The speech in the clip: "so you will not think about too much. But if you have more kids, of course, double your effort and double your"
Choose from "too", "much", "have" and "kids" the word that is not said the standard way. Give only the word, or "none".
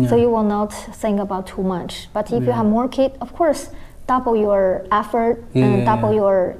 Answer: kids